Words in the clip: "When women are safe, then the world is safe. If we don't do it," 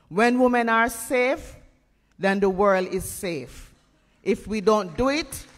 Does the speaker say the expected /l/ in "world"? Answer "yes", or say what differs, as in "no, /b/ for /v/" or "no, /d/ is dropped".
yes